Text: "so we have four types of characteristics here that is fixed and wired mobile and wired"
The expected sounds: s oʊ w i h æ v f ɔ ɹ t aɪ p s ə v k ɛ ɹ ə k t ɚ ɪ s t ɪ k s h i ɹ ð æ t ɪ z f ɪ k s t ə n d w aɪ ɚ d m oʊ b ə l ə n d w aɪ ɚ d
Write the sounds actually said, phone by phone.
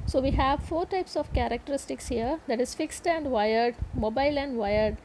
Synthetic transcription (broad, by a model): s oʊ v i h æ v f ɔ ɹ t aɪ p s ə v k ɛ ɹ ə k t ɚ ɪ s t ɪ k s h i ɹ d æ t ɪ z f ɪ k s t ə n d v aɪ ɚ d m oʊ b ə l ə n d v aɪ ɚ d